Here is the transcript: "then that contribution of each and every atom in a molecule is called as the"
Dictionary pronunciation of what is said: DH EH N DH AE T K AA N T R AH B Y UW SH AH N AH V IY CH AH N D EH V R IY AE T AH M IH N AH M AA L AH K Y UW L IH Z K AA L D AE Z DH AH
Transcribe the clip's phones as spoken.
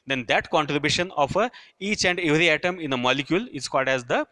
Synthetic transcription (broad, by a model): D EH N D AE T K AA N T R AH B Y UW SH AH N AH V IY CH AH N D EH V R IY AE T AH M IH N AH M AA L AH K Y UW L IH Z K AA L D AE Z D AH